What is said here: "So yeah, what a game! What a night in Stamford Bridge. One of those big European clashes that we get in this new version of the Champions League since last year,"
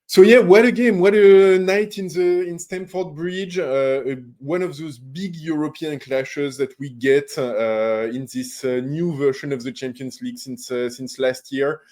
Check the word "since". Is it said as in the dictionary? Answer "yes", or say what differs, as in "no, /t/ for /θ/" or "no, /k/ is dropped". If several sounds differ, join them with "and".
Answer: yes